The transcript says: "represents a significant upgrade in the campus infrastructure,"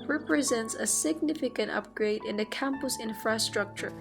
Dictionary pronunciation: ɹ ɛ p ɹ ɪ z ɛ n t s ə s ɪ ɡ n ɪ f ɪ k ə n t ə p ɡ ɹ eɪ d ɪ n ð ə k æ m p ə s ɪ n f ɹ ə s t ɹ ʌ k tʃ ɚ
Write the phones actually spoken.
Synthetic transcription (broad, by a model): ɹ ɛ p ɹ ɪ z ɛ n t s ə s ɪ ɡ n ɪ f ɪ k ə n t ə p ɡ ɹ eɪ d ɪ n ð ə k æ m p ə s ɪ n f ɹ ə s t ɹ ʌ k tʃ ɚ